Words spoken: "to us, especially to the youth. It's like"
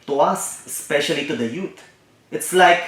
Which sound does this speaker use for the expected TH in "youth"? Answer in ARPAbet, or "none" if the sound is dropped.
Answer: T